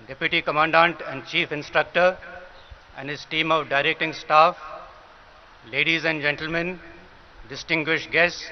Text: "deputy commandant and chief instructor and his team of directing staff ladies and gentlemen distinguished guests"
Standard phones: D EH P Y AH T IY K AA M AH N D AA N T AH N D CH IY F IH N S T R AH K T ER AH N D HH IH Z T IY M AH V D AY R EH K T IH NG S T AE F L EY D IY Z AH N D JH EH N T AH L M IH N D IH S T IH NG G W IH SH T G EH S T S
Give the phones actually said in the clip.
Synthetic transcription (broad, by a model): D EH P Y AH T IY K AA M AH N D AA N T AH N D CH IY F IH N S T R AH K T ER AH N D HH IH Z T IY M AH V D AY R EH K T IH NG S T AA F L EY D IY Z AH N D JH EH N T AH L M IH N D IH S T IH NG G W IH SH T G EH S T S